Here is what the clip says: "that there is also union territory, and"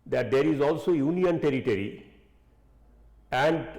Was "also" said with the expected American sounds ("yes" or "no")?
yes